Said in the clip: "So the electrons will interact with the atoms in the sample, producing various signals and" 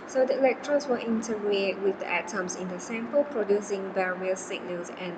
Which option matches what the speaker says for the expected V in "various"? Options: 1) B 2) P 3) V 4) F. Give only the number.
1